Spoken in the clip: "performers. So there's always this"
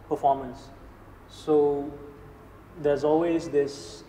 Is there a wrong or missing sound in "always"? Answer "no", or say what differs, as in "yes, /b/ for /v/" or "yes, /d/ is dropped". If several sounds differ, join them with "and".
no